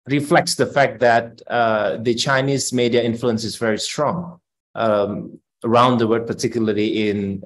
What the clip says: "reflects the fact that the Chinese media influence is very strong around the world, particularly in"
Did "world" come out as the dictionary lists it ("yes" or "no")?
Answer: no